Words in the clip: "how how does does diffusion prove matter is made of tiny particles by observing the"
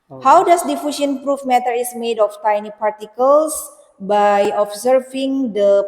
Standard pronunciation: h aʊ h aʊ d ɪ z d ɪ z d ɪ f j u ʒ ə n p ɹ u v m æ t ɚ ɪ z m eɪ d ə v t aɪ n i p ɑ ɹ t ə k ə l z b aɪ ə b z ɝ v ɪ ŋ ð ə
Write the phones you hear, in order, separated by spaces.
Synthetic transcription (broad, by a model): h h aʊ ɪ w d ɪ s d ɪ f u ʃ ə n p ɹ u f m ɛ t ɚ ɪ s m eɪ d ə f t aɪ n i p ɑ ɹ t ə k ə l s b aɪ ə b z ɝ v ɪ ŋ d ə